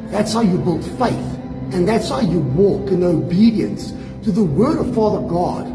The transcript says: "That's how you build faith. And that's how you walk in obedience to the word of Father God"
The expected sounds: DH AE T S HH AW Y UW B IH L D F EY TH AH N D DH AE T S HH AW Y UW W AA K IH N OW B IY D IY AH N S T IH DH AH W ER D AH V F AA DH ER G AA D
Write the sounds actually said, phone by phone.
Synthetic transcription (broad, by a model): DH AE T S HH AW Y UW B IH L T F EY TH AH N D DH AE T S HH AW Y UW W AA K IH N OW B IY D IY AH N S T IH DH AH W ER D AH V F AA DH ER G AA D